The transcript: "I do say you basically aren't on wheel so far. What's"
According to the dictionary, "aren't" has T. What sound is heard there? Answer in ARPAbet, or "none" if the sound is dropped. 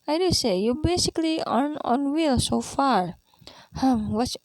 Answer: none